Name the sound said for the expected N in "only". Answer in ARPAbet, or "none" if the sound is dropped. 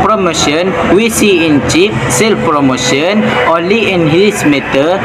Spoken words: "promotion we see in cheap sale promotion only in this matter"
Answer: none